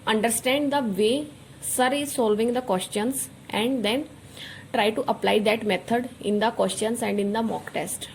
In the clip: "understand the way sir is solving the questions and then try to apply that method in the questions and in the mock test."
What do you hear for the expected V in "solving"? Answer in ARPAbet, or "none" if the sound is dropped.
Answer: V